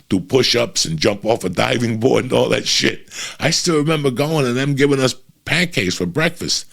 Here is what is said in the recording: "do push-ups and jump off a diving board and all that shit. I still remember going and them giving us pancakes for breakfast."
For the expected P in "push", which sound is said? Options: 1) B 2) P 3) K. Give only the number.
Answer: 2